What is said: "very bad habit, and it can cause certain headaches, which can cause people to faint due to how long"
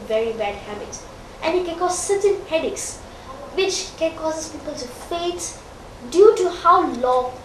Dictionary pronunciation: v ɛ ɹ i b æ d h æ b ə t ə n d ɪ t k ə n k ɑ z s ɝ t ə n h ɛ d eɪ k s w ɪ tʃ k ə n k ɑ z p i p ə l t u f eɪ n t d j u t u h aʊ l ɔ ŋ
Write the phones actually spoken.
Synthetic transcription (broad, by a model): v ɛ ɹ i b æ d h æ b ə t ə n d ɪ t k ə n k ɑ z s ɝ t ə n h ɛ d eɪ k s w ɪ tʃ k ə n k ɑ s p i p ə l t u f eɪ t d j u t u h aʊ l ɔ